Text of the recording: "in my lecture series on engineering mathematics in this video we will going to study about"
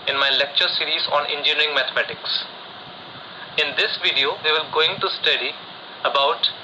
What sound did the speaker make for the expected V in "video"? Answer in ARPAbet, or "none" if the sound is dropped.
V